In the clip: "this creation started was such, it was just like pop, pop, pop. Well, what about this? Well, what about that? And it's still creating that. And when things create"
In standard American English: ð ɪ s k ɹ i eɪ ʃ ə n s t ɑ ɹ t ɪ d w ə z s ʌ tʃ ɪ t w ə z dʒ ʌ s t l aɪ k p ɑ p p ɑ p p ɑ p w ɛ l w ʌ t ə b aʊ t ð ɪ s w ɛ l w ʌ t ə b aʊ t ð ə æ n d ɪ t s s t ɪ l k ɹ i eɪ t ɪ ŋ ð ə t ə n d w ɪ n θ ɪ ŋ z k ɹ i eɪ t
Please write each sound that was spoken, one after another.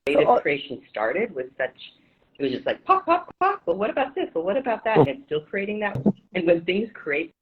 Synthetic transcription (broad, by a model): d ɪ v k ɹ i eɪ ʃ ə n s t ɑ ɹ t ɪ d w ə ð s ʌ tʃ ɪ t w ə z dʒ ʌ s t l aɪ k p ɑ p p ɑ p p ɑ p w ɛ l w ʌ t ə b aʊ t ð ɪ s w ɛ l w ʌ t ə b aʊ t ð ə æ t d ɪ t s s t ɪ l k ɹ i eɪ t ɪ ŋ ð ə t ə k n w ɪ n θ ɪ ŋ z k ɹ i eɪ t